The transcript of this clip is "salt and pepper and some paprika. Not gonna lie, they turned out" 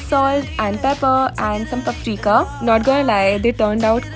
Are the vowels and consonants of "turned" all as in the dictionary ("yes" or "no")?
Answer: yes